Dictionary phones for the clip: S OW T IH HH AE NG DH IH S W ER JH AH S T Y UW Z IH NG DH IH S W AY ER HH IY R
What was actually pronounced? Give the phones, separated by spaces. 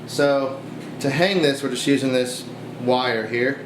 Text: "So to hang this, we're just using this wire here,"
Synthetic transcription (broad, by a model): S OW T IH HH AE NG DH IH S W ER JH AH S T Y UW Z IH NG DH IH S W AY ER HH IY R